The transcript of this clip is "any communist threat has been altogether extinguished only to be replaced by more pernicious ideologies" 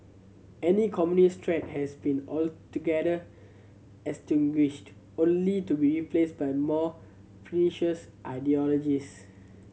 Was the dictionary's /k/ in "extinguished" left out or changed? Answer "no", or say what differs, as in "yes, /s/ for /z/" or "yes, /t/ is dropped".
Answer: yes, /k/ is dropped